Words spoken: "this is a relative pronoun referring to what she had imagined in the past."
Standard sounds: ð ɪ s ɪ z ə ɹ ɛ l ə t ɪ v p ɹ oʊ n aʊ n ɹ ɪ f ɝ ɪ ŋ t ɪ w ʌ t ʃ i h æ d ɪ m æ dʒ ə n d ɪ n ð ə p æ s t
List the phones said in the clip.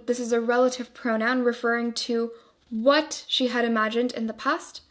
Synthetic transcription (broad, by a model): ð ɪ s ɪ z ə ɹ ɛ l ə t ɪ v p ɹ oʊ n aʊ n ɹ ɪ f ɝ ɪ ŋ t ɪ w ʌ t ʃ i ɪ d ɪ m æ dʒ ə n d ɪ n ð ə p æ s t